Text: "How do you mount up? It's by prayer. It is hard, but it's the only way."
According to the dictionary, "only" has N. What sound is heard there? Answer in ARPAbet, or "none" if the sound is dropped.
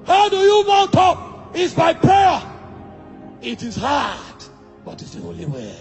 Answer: none